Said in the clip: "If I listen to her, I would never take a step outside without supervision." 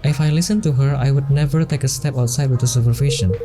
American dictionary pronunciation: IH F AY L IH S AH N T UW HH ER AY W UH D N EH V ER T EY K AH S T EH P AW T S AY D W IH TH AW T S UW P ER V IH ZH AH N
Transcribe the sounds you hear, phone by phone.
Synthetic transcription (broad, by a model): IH F AY L IH S AH N T UW HH ER AY W UH D N EH V ER T EY K AH S T EH P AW T S AY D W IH T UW S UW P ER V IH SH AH N